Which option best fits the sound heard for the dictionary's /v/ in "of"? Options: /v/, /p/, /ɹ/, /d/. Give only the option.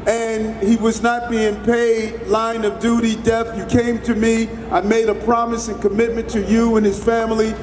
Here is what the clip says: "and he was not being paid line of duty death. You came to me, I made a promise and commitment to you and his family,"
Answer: /v/